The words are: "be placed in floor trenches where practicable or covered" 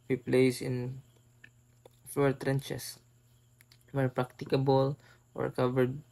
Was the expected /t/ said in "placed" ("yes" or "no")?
no